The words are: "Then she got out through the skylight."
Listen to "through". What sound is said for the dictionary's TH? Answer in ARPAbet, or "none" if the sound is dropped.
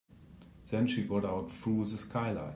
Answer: F